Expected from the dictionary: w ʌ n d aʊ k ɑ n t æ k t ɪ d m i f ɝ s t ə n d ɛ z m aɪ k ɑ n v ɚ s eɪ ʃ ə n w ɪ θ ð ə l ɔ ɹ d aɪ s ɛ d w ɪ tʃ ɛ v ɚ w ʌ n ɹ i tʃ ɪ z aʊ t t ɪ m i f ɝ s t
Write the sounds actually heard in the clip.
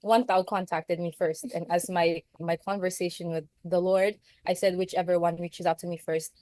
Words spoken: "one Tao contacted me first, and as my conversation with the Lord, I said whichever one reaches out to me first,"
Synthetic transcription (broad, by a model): w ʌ n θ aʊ k ɑ n t æ k t ɪ d m i f ɝ s t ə n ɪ z m aɪ k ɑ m v ɚ s eɪ ʃ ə n w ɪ ð ə l ɔ ɹ d aɪ s ɛ d w ɪ tʃ ɛ v ɚ w ʌ n ɹ i tʃ ɪ z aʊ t t ɪ m i f ɝ s t